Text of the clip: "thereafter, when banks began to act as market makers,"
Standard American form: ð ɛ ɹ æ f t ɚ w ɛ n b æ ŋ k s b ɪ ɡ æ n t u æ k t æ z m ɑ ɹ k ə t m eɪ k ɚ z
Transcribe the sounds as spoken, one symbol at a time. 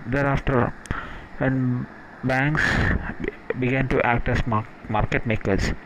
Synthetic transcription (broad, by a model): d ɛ ɹ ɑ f t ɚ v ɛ n b æ ŋ k s b ɪ ɡ æ n t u æ k t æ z m ɑ ɹ k ə t m eɪ k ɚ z